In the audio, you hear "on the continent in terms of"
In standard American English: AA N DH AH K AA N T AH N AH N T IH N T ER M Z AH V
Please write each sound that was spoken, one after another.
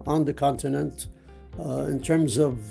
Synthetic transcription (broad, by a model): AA N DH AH K AA N T AH N AH N T IH N T ER M Z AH V